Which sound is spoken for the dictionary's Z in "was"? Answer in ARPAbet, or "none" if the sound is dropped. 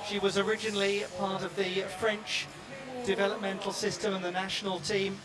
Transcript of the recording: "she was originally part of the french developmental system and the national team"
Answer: Z